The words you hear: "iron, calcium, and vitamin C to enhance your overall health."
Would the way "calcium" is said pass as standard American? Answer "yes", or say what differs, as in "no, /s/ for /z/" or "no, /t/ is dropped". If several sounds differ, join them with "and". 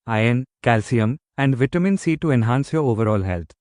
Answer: yes